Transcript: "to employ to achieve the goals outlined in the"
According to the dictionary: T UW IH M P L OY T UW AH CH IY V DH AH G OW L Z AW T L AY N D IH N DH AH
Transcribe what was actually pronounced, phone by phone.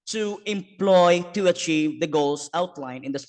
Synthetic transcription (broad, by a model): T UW IH M P L OY T UW AH CH IY V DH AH G OW L S AW T L AY N IH N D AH